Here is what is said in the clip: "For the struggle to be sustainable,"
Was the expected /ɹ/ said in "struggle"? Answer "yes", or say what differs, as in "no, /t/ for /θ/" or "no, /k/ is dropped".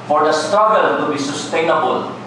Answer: no, /ɹ/ is dropped